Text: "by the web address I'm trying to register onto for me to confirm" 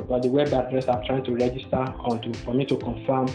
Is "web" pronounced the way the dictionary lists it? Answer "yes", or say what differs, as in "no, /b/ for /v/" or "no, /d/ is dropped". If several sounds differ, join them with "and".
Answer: yes